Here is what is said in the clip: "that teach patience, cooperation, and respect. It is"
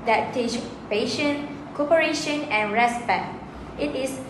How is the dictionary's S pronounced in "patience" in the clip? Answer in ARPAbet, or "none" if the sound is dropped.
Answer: none